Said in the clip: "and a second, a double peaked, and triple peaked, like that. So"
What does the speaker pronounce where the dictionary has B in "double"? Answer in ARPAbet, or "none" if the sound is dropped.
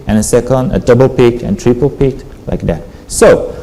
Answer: B